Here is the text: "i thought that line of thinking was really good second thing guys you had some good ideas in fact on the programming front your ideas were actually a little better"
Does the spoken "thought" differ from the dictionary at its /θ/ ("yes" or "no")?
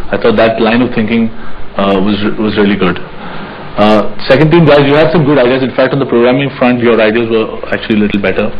yes